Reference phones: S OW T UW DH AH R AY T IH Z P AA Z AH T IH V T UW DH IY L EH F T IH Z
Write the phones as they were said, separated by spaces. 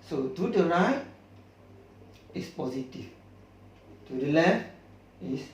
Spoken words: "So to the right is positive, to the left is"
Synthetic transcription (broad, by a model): S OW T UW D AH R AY IH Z P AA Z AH T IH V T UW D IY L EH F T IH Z